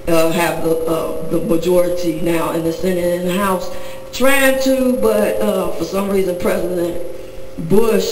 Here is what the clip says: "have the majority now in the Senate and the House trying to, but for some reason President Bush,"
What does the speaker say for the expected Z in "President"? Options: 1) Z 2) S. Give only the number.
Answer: 1